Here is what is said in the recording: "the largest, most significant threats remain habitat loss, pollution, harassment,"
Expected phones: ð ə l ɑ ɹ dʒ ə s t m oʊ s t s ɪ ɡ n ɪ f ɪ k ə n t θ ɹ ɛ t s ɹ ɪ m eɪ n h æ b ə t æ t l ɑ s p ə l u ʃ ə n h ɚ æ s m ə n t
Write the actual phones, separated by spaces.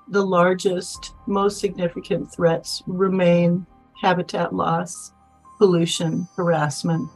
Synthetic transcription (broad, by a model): ð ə l ɑ ɹ dʒ ə s t m oʊ s t s ɪ ɡ n ɪ f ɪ k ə n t θ ɹ ɛ t s ɹ ɪ m eɪ n h æ b ə t æ t l ɑ s p ə l u ʃ ə n h ɚ æ s m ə n t